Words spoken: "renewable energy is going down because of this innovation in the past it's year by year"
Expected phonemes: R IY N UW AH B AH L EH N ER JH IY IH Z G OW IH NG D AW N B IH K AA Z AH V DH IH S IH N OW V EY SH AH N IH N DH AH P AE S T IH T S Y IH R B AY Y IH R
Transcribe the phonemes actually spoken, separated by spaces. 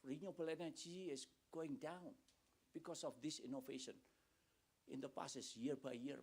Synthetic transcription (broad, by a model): R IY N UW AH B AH L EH N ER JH IY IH S G OW IH NG D AW N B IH K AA S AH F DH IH S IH N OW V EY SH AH N IH N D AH P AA S IH S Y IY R B AY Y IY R